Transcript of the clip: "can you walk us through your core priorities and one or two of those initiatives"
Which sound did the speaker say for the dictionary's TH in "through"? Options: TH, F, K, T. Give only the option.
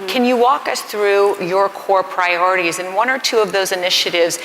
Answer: TH